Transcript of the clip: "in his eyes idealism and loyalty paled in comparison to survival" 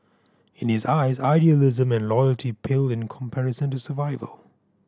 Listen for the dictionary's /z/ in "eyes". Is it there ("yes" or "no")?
yes